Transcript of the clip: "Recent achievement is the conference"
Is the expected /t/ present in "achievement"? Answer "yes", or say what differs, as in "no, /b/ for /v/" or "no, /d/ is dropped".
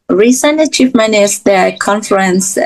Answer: no, /t/ is dropped